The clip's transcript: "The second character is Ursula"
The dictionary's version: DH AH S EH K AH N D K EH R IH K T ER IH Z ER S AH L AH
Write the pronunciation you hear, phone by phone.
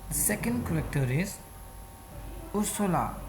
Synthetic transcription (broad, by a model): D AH S EH K AH N D K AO L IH K T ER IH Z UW S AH L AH